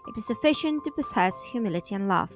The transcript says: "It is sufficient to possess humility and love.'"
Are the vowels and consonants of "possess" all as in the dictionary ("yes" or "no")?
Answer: no